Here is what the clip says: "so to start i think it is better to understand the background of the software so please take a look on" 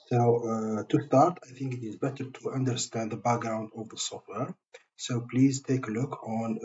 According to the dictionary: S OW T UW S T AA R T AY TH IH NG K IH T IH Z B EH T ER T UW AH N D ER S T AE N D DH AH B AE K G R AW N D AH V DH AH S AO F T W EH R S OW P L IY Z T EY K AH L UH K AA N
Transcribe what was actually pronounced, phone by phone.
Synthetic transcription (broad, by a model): S OW T UW S T AA R T AY TH IH NG K IH T IH Z B EH T ER T UW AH N D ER S T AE N D DH AH B AE K G R AW N D AH V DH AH S AO F T W EH R S OW P L IY Z T EY K AH L UH K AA N